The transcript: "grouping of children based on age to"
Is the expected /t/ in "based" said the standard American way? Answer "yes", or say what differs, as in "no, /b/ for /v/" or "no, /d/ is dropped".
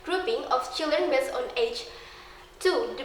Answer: no, /t/ is dropped